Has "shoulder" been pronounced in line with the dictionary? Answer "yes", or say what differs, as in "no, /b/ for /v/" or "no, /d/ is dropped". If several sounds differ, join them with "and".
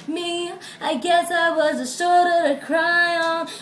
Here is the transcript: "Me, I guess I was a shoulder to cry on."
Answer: no, /s/ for /ʃ/